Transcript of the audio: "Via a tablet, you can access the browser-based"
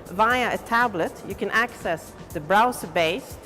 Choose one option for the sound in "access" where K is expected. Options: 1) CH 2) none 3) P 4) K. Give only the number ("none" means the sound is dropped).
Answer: 4